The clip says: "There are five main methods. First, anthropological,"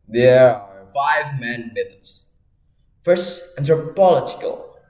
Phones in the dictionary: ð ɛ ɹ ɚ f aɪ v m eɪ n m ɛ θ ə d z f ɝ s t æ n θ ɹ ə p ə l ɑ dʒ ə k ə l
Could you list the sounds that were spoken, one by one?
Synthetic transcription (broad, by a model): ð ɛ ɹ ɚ f aɪ v m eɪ n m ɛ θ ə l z f ɝ s t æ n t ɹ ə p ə l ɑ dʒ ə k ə l